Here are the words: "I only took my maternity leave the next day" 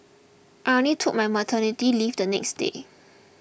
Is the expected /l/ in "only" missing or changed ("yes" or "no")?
yes